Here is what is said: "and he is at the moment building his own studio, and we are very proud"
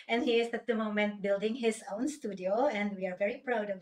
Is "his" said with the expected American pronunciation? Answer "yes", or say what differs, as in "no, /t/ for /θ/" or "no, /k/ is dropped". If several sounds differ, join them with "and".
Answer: no, /s/ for /z/